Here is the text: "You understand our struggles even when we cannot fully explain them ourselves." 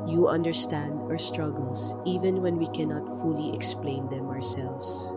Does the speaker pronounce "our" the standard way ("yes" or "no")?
yes